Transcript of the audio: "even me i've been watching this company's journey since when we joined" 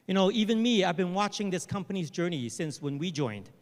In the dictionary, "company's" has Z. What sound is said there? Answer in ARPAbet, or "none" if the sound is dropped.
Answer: Z